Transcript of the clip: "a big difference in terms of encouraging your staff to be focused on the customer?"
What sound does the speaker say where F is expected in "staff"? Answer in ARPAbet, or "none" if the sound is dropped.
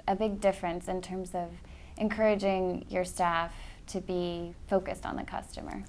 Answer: F